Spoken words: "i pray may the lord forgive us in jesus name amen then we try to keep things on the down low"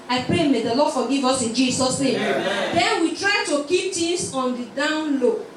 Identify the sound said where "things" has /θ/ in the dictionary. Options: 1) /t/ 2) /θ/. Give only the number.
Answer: 1